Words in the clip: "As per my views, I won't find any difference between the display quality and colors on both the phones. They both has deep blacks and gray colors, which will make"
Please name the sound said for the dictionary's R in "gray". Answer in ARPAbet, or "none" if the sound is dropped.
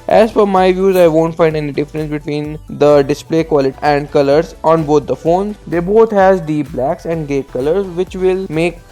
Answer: none